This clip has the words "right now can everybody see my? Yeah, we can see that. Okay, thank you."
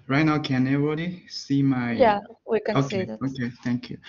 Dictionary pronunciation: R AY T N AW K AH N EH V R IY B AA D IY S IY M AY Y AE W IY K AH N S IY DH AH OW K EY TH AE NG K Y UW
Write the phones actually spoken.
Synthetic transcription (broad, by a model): R AY T N AW K AH N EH R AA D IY S IY M AY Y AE W IY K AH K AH OW K EY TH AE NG K Y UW